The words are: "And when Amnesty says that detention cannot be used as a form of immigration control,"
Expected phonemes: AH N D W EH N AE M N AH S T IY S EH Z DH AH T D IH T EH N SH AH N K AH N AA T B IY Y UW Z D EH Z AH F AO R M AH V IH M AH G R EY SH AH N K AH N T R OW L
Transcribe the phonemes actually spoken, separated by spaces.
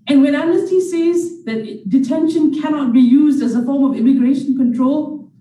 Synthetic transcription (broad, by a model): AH N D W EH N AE N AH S T IY S EH Z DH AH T D IH T EH N SH AH N K AH N AA T B IY Y UW Z D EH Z AH F AO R M AH V IH M AH G R EY SH AH N K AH N T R OW L